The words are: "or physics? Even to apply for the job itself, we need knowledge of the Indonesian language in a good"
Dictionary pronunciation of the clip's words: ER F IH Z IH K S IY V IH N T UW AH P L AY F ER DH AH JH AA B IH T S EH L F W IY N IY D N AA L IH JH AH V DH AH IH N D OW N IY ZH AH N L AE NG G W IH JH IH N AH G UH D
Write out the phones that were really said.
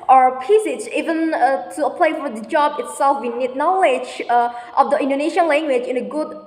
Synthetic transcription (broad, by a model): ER P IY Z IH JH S IY V IH N T UW AH P L AY F ER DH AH JH AA B IH T S EH L F W IY N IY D N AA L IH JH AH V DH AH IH N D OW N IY SH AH N L AE NG G W IH JH IH N AH G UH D